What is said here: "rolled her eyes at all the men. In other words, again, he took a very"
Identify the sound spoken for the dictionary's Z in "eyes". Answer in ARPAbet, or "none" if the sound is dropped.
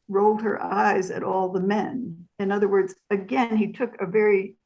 Z